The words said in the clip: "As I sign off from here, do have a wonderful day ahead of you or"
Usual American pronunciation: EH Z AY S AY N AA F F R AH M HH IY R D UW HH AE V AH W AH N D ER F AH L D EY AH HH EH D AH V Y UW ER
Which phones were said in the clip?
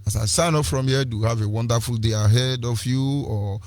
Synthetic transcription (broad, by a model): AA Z AY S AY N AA P F R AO M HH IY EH D UW HH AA V AH W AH N D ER F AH L D EY AH HH EH D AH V Y UW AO